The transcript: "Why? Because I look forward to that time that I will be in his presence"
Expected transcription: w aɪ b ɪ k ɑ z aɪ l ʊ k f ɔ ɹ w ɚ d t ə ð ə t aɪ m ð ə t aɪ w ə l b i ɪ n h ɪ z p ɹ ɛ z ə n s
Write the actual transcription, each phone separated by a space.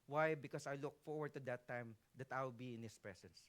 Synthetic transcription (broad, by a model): w aɪ b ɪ k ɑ s aɪ l ʊ k f ɔ ɹ w ɚ d t ə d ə t aɪ m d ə t aɪ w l b i ɪ n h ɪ s p ɹ ɛ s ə n s